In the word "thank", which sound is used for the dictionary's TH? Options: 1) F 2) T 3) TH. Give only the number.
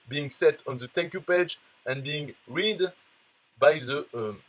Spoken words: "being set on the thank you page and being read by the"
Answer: 2